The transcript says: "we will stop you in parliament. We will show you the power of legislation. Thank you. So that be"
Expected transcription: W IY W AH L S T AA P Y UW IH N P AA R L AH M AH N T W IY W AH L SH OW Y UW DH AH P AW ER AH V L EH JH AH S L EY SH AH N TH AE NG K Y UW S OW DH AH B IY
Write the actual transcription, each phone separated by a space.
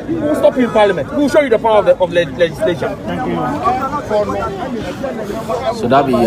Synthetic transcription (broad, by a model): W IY W AH L S T AA P Y UW IH N P AA L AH M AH N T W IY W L SH OW Y UW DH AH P AW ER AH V L EH JH AH S L EY SH AH N F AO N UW S OW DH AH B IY